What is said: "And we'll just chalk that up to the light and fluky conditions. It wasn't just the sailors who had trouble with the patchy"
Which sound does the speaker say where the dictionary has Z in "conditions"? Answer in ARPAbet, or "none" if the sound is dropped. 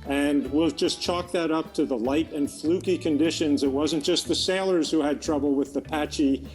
Z